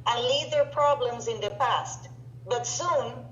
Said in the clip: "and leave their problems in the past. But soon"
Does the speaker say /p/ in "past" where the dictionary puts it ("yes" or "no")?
yes